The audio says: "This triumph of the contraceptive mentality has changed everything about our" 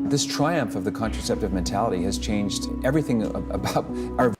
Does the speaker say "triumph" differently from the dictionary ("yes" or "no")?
no